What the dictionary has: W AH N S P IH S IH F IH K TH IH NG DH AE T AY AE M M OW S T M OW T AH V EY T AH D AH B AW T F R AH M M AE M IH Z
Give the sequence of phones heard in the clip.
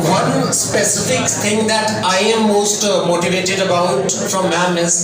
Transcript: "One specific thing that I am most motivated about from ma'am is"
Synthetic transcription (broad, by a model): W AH N S P IH S IH F IH K T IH NG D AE T AY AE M M OW S T M OW T AH V EY T AH D AH B AW T F R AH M M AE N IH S